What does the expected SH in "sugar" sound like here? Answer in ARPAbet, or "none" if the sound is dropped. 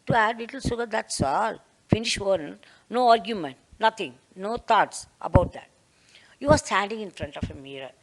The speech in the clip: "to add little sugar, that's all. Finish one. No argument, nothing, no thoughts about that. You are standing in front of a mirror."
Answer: S